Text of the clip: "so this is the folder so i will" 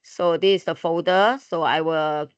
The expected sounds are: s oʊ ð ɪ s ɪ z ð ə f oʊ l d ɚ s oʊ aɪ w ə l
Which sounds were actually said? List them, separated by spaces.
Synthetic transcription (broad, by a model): s oʊ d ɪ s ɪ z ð ə f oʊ d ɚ s oʊ aɪ w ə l